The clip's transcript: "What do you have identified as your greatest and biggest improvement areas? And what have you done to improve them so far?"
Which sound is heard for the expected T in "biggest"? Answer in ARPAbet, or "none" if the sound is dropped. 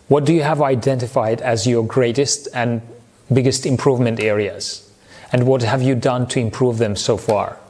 T